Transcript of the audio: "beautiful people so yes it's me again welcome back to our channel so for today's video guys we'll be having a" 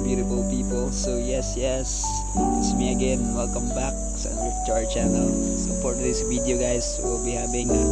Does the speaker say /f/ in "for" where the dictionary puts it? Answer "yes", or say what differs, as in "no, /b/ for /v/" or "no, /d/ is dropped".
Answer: no, /p/ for /f/